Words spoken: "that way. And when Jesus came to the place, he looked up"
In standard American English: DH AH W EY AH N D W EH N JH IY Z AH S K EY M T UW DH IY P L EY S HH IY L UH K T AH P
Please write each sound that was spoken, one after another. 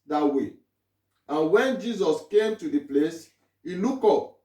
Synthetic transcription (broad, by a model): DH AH W EY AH N W EH N JH IY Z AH S K EY M T UW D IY P L EY S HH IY L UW K AO P